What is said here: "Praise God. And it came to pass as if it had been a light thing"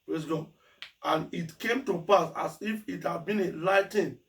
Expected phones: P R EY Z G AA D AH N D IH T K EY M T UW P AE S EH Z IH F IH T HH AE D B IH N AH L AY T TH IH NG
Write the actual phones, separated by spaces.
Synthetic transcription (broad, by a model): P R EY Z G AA AH N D IH T K EY M T UW P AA S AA S IH F IH T HH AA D B IH N AH L AY T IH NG